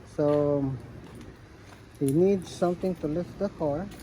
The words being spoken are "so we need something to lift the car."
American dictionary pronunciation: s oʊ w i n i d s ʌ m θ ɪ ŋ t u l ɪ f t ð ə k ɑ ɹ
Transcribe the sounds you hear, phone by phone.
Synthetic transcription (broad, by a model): s oʊ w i n i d s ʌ m t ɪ ŋ t u l ɪ f t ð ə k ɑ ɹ